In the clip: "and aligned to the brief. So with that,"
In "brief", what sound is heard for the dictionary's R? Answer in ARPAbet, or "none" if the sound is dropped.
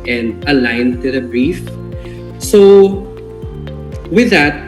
R